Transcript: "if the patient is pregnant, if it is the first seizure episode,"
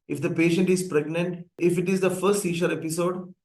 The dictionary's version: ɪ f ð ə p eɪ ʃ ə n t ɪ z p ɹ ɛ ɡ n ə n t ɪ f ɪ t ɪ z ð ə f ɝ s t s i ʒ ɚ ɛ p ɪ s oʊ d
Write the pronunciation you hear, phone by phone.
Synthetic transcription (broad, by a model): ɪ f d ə p eɪ ʃ ə n t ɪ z p ɹ ɛ ɡ n ə n t ɪ f ɪ t ɪ z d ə f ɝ s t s i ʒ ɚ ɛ p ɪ s oʊ d